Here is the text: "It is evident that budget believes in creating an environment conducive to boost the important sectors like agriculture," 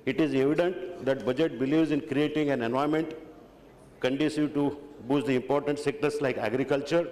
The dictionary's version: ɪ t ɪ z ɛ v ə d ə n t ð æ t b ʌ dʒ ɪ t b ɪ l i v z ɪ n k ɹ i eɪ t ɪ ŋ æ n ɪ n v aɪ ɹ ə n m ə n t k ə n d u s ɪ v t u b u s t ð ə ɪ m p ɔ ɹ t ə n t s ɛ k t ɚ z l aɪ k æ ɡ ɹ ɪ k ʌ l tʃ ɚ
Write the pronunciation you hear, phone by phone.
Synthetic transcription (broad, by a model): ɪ t ɪ z ɛ v ə d ə n t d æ t b ʌ dʒ ɪ t b ɪ l i v z ɪ n k ɹ i eɪ t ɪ ŋ æ n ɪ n aɪ ə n m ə n t k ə n d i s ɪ t u b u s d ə ɪ m p ɔ ɹ t ə n t s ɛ k t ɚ s l aɪ k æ ɡ ɹ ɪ k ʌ l tʃ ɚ